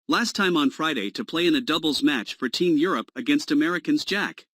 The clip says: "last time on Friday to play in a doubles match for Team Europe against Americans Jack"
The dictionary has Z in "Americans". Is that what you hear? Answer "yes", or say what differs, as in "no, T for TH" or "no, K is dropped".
yes